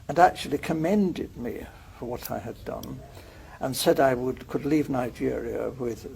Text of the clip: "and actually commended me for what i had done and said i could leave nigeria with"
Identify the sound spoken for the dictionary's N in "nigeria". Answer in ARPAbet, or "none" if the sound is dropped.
N